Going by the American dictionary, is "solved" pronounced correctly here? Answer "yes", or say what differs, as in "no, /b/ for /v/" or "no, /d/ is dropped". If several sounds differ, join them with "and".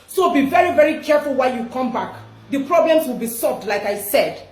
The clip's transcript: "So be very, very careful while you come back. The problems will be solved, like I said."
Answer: yes